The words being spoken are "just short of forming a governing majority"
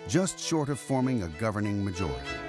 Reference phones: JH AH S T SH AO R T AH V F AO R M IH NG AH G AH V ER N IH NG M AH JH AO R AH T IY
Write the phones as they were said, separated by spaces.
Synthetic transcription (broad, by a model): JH AH S T SH AO R T AH V F AO R M IH NG AH G AH V ER N IH NG M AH JH AO R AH T IY